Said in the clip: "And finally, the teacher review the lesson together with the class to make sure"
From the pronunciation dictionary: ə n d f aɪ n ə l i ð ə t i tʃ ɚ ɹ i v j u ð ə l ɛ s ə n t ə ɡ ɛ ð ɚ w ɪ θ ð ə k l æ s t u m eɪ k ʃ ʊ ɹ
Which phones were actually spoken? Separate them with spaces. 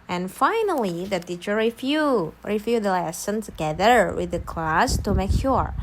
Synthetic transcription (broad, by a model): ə n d f aɪ n ə l i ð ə t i tʃ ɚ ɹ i f j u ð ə l ɛ s ə n t ə ɡ ɛ ð ɚ w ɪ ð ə k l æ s t u m eɪ k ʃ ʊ ɹ